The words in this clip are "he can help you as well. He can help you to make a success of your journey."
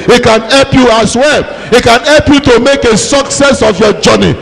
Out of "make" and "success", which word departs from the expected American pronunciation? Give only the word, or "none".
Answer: none